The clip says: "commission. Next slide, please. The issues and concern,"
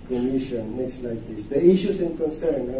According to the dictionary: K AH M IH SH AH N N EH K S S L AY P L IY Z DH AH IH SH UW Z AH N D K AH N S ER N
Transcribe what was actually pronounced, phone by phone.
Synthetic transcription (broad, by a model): K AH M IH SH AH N N EH K S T L AY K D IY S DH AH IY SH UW S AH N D K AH N S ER N